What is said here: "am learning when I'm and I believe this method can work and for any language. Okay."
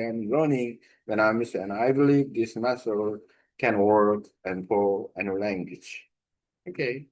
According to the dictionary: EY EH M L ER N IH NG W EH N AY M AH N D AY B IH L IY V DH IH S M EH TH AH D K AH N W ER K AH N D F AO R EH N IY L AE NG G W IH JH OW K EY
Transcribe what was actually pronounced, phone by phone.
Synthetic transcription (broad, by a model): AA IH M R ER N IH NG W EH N AY M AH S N AY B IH L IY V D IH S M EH S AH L K AH N W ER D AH N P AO L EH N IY L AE NG G W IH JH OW K EY